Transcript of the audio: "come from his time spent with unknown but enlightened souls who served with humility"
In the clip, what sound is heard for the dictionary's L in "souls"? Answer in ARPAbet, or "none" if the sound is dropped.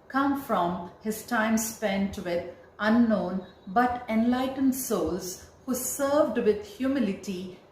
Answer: L